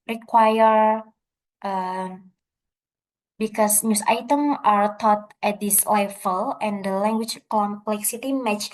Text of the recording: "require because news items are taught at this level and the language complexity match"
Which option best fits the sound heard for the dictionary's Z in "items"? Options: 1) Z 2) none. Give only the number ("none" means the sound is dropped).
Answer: 2